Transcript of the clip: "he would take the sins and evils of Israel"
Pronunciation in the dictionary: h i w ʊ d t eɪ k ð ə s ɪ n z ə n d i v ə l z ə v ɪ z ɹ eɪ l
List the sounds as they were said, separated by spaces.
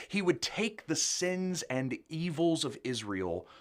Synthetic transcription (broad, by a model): h i w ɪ d t eɪ k ð ə s ɪ n z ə n i v l z ə v ɪ z ɹ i l